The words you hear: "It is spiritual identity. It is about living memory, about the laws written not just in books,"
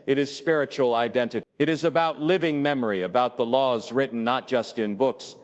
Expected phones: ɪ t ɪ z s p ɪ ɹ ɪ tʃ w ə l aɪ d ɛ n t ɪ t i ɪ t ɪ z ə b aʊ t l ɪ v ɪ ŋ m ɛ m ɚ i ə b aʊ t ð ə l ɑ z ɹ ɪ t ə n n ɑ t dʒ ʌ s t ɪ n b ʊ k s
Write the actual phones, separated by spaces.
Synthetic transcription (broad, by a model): ɪ t ɪ z s p ɪ ɹ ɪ tʃ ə l aɪ d ɛ n t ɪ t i ɪ t ɪ z ə b aʊ t l ɪ v ɪ ŋ m ɛ m ɚ i ə b aʊ t ð ə l ɑ z ɹ ɪ t n n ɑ t dʒ ʌ s t ɪ n b ʊ k s